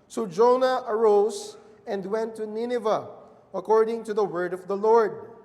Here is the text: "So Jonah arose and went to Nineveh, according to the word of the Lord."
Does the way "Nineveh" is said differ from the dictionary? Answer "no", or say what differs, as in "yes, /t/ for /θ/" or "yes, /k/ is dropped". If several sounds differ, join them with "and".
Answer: no